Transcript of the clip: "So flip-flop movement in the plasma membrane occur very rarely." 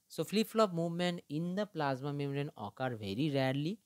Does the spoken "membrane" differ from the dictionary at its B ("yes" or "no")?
yes